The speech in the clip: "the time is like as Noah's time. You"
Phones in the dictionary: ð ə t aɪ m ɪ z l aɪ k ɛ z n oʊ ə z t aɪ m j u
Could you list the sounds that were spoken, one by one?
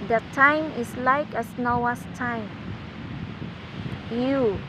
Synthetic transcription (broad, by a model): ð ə t aɪ m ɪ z l aɪ k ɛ s n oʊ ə s t aɪ m j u